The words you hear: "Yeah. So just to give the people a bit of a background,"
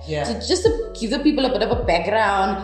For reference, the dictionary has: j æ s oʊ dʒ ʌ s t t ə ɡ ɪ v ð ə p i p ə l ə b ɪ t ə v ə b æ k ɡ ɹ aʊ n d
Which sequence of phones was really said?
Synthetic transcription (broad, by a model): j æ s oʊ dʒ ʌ s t t ə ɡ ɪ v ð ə p i p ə l ə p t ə p ə b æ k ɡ ɹ aʊ n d